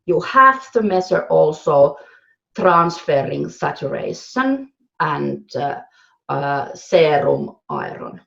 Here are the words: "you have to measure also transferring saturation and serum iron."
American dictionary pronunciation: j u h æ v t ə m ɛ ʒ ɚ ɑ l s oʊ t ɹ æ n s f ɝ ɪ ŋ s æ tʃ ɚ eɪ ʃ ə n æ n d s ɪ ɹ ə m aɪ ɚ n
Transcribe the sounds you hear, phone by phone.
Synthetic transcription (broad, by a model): j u h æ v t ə m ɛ s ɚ ɑ l s oʊ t ɹ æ n s f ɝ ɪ ŋ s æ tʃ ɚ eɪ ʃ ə n æ n d s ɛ ɹ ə m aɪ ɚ n